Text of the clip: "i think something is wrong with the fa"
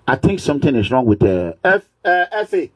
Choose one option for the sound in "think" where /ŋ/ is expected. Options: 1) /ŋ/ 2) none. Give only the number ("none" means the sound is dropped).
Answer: 1